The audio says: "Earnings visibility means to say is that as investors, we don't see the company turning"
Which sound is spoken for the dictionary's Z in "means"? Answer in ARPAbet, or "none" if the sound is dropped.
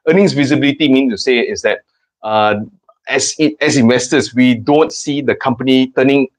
none